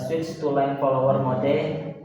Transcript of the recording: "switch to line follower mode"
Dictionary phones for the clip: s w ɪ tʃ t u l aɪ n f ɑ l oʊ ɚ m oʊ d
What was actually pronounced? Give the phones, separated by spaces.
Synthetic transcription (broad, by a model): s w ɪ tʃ t u l aɪ n p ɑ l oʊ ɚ m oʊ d